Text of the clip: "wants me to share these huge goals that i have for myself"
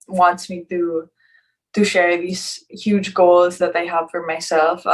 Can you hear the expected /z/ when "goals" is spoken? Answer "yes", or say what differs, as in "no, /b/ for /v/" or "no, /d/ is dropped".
yes